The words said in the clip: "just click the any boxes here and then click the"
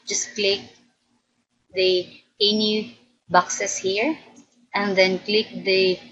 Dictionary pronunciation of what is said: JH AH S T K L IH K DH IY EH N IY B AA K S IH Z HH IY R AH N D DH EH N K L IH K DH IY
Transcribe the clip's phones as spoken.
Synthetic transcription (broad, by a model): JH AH S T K L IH K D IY EH N IY B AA K S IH S HH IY R AH N D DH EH N K L IH K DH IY